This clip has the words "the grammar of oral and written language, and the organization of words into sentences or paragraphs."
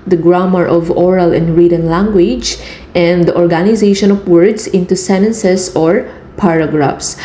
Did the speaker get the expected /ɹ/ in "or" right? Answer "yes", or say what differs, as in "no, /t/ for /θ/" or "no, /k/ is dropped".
yes